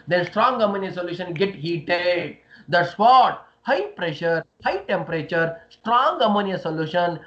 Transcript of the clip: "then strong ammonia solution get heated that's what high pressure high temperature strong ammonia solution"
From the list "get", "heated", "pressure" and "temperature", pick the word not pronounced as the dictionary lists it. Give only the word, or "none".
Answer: none